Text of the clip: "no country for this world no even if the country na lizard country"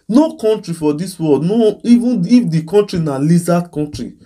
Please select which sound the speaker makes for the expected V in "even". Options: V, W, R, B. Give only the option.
V